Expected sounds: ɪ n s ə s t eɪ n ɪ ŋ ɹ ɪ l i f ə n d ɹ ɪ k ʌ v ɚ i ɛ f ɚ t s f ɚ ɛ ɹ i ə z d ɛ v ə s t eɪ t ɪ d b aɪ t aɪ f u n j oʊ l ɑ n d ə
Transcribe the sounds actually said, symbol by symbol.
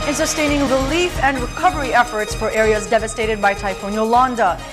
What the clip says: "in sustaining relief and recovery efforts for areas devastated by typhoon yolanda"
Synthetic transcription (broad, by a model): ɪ n s ə s t eɪ n ɪ ŋ ɹ ɪ l i f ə n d ɹ ɪ k ʌ v ɚ i ɛ f ɚ t s f ɚ ɛ ɹ i ə z d ɛ v ə s t eɪ t ɪ d b aɪ t aɪ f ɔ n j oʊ l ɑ n d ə